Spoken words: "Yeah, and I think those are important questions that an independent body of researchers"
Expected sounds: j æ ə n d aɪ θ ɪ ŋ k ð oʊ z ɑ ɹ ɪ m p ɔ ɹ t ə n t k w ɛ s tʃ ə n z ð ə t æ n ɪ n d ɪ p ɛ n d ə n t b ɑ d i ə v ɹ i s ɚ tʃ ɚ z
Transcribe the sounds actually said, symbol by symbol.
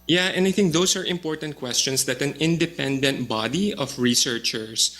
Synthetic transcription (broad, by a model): j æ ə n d aɪ θ ɪ ŋ k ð oʊ s ɑ ɹ ɪ m p ɔ ɹ t ə n t k w ɛ s tʃ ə n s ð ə t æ n ɪ n d ɪ p ɛ n d ə n t b ɑ d i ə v ɹ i s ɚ tʃ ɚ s